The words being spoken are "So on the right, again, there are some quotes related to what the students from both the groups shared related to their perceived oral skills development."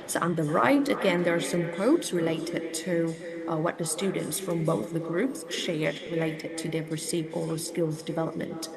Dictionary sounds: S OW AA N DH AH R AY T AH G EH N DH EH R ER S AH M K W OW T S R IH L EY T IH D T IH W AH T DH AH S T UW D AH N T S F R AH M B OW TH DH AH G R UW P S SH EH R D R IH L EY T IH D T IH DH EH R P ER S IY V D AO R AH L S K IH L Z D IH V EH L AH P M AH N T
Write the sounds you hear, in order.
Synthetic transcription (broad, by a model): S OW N DH AH R AY T AH G EH N DH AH R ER S AH M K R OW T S R IH L EY T IH D T IH W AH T DH AH S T UW D N T S F R AH M B OW TH DH AH G R UW P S SH EH R D R IH L EY T IH D T IH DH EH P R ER S IY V AO L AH S K IH L Z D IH V EH L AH P M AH N T